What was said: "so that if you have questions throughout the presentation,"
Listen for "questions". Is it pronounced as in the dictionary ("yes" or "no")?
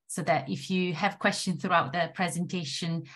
no